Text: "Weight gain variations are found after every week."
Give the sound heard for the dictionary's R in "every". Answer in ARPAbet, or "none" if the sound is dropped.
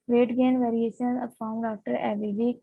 none